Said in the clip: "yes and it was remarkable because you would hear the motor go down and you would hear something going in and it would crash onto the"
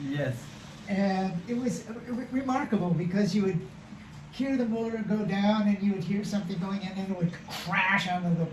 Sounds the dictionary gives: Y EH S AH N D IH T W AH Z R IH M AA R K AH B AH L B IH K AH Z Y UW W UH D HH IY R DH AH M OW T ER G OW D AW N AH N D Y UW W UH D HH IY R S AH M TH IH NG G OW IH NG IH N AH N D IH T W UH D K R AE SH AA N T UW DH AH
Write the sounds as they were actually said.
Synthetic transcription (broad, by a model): Y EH S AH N IH T W AH Z R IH M AA R K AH B L B IH K AH Z Y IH W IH D HH IY R DH AH M OW T ER G OW D AW N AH N Y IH W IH D HH IY R S AH M TH IH NG G OW IH NG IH N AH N IH T W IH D K R AE SH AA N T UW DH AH